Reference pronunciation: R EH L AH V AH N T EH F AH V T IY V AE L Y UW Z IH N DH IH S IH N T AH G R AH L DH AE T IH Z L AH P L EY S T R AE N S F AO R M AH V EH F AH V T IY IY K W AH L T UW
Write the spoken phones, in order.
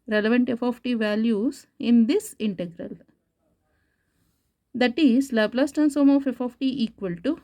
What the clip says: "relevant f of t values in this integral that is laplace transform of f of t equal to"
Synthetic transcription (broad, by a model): R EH L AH V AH N T EH F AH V T IY V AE L Y UW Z IH N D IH S IH N T AH G R AH L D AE T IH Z L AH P L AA S T AE N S AO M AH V EH F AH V T IY IY K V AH L T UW